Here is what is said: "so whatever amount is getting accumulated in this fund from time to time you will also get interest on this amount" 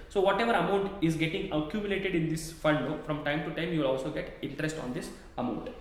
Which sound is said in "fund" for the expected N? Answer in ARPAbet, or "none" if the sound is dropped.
L